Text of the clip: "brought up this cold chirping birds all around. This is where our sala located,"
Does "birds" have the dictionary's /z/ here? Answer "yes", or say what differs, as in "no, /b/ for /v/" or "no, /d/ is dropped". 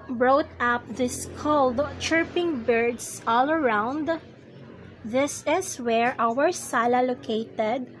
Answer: no, /s/ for /z/